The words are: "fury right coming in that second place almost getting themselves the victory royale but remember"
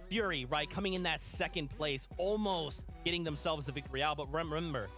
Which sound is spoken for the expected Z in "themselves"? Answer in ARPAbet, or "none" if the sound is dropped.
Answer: Z